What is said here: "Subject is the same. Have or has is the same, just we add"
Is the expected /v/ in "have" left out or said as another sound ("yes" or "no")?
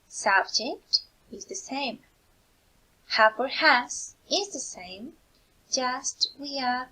yes